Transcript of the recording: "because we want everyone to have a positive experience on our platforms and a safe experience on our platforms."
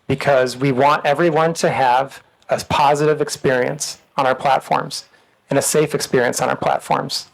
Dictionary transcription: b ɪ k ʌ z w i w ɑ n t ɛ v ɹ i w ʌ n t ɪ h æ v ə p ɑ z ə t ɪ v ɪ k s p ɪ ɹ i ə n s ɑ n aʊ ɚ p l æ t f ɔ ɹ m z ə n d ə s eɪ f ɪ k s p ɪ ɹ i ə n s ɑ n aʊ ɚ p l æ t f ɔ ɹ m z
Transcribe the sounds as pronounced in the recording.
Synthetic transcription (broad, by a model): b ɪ k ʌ z w i w ɑ n t ɛ v ɹ i w ʌ n t ɪ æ v ə p ɑ z ə t ɪ v ɪ k s p ɪ ɹ i ə n s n aʊ ɚ p l æ t f ɔ ɹ m z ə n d ə s eɪ f ɪ k s p ɪ ɹ i ə n s n aʊ ɚ p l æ t f ɔ ɹ m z